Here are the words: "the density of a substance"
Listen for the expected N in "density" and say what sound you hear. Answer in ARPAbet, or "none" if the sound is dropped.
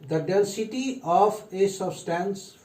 L